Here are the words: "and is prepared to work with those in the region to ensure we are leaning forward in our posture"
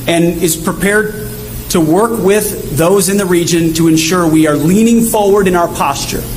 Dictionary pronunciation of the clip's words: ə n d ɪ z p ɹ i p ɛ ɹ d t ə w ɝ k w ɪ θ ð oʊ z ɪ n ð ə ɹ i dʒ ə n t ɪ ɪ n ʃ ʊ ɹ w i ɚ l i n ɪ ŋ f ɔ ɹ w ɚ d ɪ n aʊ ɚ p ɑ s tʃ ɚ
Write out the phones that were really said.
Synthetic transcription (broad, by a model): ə n ɪ z p ɹ i p ɛ ɹ d t ə w ɝ k w ɪ ð oʊ z ɪ n ð ə ɹ i dʒ ə n t ɪ ɪ n ʃ ʊ ɹ w i ɚ l i n ɪ ŋ f ɔ ɹ w ɚ d ɪ n aʊ ɚ p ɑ s tʃ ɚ